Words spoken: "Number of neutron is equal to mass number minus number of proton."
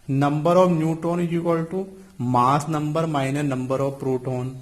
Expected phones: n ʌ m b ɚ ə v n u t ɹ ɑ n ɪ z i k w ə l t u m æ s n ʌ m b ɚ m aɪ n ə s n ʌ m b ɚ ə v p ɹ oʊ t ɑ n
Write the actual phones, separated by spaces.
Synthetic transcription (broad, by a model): n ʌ m b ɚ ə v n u t ɑ n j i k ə l t u m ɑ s n ʌ m b ɚ m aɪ n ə n ʌ m b ɚ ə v p ɹ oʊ t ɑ n